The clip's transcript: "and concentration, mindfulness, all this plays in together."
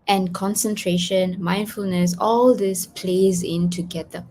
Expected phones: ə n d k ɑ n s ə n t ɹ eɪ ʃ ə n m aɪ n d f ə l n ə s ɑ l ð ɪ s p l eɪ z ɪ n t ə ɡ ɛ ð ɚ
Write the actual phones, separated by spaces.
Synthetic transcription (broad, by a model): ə n k ɑ n s ə n t ɹ eɪ ʃ ə n m aɪ n d f ə l n ə s ɑ l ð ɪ s p l eɪ z ɪ n t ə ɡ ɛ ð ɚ